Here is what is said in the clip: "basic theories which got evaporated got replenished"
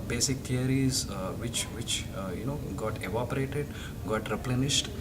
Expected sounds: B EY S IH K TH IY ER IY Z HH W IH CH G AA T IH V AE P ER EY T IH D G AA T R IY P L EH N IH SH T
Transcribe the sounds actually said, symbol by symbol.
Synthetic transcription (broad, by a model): B EY S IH K T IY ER IY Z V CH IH CH G AA T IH V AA P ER EY T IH D G AA T R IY P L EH N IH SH T